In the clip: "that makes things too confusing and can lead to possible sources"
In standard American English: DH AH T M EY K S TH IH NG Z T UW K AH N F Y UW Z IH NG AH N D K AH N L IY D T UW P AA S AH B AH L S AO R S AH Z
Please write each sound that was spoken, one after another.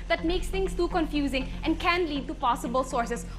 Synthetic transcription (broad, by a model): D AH T M EY K S T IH NG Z T UW K AH N F Y UW Z IH NG AH N D K AH N L IY D T UW P AA S AH B AH L S AO R S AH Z